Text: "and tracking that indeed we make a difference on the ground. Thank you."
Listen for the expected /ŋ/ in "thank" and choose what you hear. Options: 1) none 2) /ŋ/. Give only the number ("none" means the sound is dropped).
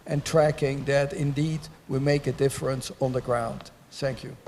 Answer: 2